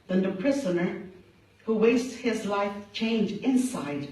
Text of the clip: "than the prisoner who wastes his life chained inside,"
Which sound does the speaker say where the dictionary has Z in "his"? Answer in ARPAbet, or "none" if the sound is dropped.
Z